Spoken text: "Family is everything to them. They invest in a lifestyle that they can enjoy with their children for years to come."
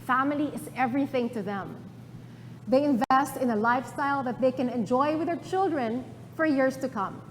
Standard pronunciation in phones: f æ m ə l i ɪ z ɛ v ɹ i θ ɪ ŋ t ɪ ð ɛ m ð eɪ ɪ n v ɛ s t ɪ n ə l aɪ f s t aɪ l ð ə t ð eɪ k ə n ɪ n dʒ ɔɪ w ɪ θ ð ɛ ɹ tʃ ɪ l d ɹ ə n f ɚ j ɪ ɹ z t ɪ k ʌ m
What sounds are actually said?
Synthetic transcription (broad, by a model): f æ m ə l i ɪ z ɛ v ɹ i θ ɪ ŋ t ɪ ð ɛ m ð eɪ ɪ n v ɛ s t ɪ n ə l aɪ f s t aɪ l ð ə t ð eɪ k ə n ɪ n dʒ ɔɪ w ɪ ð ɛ ɹ tʃ ɪ l d ɹ ə n f ɚ j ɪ ɹ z t ɪ k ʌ m